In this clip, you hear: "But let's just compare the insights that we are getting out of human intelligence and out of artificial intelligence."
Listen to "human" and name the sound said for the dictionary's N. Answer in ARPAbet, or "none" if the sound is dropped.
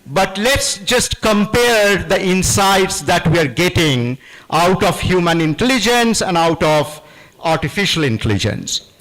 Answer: N